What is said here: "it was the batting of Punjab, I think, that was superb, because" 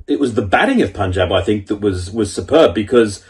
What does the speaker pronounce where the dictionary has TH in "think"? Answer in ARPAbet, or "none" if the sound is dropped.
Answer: TH